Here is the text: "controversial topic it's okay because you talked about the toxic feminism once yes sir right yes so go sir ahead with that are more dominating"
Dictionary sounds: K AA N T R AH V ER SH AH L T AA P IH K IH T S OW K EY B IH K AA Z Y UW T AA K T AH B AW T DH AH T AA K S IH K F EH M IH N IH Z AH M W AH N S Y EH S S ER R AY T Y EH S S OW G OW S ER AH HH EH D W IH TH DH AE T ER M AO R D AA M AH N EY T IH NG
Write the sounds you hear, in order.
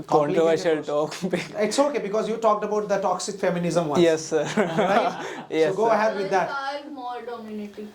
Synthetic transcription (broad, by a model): K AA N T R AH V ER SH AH L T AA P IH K IH T S OW K EY B IH K AA Z Y UW T AA K T AH B AW T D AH T AA K S IH K F EH M IH N IH Z AH M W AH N Y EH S S ER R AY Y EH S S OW G OW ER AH HH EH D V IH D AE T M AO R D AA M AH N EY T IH